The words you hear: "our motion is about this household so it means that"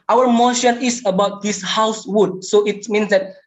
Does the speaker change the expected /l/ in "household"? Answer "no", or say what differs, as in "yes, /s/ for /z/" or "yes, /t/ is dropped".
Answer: yes, /l/ is dropped